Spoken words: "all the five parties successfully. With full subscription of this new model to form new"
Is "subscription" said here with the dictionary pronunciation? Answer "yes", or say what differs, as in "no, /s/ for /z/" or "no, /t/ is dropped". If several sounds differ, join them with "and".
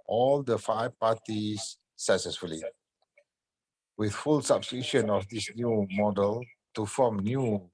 no, /p/ is dropped